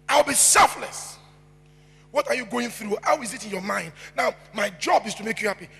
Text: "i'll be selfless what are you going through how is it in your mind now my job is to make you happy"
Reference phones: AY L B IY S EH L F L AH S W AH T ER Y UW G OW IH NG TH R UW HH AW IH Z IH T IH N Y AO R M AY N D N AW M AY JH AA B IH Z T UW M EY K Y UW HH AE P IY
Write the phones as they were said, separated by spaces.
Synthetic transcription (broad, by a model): AY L B IY S EH L F L AH S W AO T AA Y UW G OW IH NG TH R UW HH AW IH Z IH T IH N Y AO M AY N D N AW M AY JH AA B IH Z T UW M EY K Y UW HH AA P IY